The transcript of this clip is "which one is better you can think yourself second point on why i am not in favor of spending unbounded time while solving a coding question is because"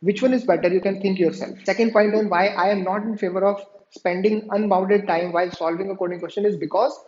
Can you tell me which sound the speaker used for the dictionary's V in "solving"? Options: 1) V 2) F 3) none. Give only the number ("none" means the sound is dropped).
1